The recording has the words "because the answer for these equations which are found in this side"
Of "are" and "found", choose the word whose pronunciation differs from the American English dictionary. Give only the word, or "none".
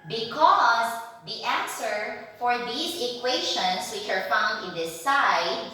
none